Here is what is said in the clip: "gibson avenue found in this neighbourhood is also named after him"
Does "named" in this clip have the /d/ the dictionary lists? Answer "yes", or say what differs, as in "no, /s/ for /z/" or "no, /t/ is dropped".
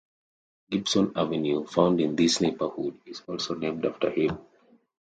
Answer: yes